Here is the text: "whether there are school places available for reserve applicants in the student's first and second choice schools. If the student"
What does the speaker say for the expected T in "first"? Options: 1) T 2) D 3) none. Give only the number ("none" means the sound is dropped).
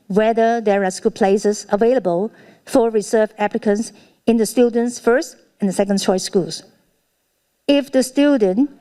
1